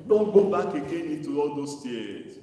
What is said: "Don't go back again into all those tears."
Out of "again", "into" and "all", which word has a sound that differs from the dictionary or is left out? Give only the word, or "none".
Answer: into